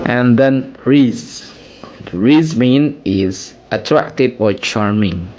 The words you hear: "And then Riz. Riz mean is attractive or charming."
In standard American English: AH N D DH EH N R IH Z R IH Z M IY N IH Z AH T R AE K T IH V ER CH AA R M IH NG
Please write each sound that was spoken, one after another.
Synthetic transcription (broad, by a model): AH N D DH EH N R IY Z R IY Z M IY N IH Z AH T R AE K T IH B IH CH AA R M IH NG